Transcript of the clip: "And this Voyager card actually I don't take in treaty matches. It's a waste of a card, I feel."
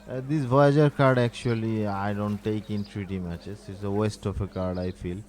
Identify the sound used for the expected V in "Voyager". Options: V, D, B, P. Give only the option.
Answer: B